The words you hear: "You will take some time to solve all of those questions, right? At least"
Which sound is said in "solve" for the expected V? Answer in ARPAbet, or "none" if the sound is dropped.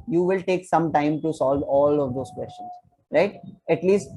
V